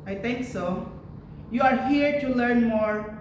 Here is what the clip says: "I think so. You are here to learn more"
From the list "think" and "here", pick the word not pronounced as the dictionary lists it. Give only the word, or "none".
think